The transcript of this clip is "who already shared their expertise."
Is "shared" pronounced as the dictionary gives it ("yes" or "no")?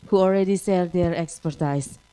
no